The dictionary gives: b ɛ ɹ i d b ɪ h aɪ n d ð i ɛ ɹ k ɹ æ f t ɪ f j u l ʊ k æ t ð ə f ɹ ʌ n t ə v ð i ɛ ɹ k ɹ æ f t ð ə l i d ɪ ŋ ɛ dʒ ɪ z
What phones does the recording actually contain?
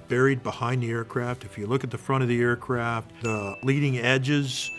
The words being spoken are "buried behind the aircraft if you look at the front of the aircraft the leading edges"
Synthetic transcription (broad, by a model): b ɛ ɹ i d b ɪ h aɪ n ð i ɛ ɹ k ɹ æ f t ɪ f j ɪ l ʊ k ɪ t ð ə f ɹ ʌ t ə v ð i ɛ ɹ k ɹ æ f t ð ə l i d ɪ ŋ ɛ dʒ ɪ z